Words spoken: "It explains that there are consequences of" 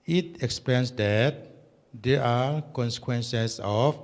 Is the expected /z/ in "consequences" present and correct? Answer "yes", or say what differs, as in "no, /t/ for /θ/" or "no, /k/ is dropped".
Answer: no, /s/ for /z/